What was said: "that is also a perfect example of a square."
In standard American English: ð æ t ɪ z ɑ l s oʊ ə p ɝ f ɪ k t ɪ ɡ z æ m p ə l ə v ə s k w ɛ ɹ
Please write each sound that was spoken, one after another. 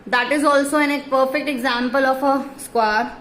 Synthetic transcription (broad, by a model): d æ t ɪ z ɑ l s oʊ ə p ɝ f ɪ k t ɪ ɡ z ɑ m p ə l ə f ə s k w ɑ ɹ